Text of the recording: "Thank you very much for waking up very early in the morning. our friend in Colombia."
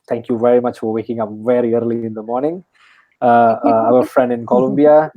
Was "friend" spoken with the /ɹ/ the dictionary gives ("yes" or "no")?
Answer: yes